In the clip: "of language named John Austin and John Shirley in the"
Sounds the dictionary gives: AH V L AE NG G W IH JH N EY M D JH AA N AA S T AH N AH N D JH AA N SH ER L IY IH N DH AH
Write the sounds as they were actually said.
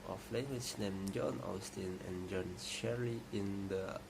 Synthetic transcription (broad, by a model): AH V L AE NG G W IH CH N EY M JH AA N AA S T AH N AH N JH AA N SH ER IY IH N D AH